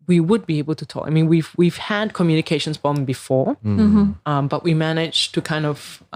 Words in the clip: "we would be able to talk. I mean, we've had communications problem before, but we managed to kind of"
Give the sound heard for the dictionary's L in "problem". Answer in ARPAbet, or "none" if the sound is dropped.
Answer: none